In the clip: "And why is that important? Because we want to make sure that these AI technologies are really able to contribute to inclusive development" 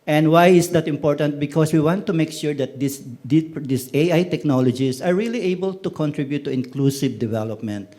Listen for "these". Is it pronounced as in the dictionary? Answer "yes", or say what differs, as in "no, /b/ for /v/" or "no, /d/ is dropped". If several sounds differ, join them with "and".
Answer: no, /s/ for /z/